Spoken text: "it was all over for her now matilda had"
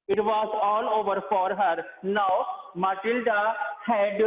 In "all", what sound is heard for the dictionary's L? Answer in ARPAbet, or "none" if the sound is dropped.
L